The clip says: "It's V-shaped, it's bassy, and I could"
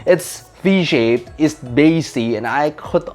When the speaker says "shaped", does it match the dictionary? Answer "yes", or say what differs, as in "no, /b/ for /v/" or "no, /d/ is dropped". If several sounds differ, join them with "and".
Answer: no, /t/ is dropped